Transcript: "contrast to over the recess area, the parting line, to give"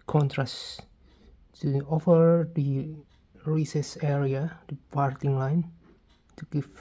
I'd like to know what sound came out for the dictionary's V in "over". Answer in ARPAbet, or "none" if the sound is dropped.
F